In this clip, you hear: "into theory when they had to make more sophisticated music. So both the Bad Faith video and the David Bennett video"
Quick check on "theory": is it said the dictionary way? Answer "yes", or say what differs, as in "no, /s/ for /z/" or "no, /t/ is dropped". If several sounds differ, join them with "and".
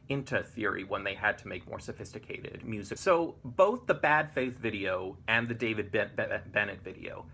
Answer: yes